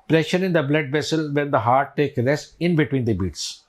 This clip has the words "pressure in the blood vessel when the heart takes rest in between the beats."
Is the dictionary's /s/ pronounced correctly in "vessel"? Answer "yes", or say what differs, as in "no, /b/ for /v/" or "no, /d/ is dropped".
yes